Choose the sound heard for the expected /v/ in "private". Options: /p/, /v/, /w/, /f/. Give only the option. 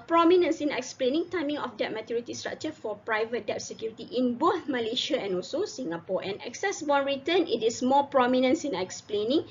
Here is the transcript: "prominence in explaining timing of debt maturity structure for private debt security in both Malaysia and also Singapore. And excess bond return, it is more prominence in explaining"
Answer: /v/